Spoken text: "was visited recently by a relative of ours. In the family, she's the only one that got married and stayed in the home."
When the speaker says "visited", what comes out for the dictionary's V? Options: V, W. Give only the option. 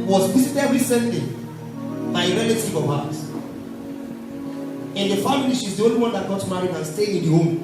W